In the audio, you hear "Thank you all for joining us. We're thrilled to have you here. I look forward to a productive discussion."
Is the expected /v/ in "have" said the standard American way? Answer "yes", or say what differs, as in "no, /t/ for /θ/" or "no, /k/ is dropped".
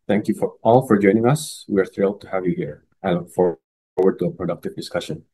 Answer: yes